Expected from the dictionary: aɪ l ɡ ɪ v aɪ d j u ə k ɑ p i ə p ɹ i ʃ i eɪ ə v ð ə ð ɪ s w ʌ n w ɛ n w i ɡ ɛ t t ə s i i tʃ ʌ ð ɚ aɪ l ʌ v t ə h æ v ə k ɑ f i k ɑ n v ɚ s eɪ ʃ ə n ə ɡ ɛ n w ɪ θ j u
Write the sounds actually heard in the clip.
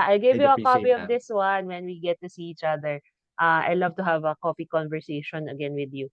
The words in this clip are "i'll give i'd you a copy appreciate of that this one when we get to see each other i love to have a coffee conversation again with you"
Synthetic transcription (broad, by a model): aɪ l ɡ ɪ v j u ə k ɑ p i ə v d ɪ s w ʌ n w ɛ n w i ɡ ɛ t t ə s i i tʃ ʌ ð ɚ aɪ l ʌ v t ə h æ v ə k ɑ p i k ɑ n v ɚ s eɪ ʃ ə n ə ɡ ɛ n w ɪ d j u